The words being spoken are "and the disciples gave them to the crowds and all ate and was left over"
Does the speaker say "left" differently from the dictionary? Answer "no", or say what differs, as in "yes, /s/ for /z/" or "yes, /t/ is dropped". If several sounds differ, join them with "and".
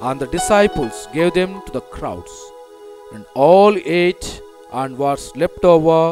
yes, /p/ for /f/